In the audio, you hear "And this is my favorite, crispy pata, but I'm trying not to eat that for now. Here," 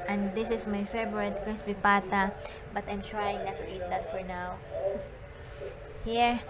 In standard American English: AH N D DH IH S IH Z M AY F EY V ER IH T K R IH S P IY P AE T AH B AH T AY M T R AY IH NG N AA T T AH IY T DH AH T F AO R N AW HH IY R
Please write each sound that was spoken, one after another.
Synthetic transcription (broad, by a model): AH N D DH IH S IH S M AY F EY B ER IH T K R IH S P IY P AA T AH B AH T AY M T R AY IH NG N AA T T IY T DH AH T F AO R N AW HH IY R